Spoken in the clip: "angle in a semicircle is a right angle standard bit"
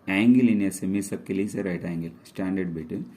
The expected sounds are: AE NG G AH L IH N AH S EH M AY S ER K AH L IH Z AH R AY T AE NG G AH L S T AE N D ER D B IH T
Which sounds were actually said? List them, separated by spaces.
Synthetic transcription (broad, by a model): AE NG G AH L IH N AH S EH M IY S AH K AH L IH S AH R AY T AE NG G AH L S T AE N D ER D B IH T